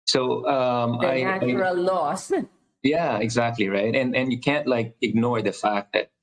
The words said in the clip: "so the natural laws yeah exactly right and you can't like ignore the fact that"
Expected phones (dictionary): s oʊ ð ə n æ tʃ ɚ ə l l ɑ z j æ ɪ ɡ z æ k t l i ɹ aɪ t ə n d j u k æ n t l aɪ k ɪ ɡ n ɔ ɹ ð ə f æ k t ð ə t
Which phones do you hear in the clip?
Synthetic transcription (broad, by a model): s oʊ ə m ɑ ɪ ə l l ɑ s j æ ɪ ɡ z æ k t l i ɹ aɪ t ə n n j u k æ n t l aɪ k ɪ ɡ n ɔ ɹ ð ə f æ k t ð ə t